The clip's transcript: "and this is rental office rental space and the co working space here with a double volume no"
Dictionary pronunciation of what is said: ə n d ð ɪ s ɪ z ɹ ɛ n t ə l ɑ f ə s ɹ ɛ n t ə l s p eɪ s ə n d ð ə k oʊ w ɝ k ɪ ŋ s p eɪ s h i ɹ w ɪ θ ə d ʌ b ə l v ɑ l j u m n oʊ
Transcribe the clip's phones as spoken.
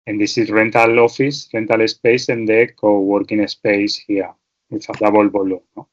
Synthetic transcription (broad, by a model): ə n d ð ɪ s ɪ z ɹ ɛ n t ə l ɑ f ə s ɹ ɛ n t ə l s p eɪ s ə n d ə k oʊ w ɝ k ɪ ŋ s p eɪ s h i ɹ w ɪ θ ə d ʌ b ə l b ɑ l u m n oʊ